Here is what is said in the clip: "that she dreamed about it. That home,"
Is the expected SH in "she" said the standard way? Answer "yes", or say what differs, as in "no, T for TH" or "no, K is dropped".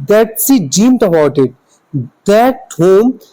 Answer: no, S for SH